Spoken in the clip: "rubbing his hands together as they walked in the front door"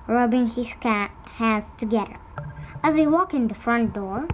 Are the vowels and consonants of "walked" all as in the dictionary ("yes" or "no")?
no